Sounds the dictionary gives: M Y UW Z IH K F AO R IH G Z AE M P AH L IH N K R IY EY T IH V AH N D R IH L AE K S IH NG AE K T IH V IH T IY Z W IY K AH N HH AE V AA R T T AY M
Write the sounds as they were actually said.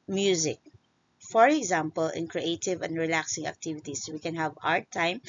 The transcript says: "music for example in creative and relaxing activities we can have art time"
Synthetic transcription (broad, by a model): M Y UW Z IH K F AO R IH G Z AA M P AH L IH N K R IY EY T IH V AH N D R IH L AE K S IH NG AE K T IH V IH T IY S W IY K AH N HH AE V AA R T T AY M